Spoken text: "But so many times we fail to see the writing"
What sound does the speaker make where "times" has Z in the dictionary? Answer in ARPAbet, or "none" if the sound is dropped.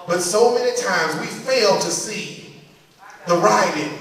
Z